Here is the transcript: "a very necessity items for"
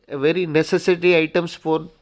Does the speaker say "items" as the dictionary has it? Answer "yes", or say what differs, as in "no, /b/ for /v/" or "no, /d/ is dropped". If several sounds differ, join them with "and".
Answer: no, /s/ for /z/